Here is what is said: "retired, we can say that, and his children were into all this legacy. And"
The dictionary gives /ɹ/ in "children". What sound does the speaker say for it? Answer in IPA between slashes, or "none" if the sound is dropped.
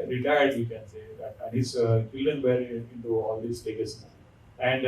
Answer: none